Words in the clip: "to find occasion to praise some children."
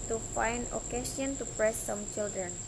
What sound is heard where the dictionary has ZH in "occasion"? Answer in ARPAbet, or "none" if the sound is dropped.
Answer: S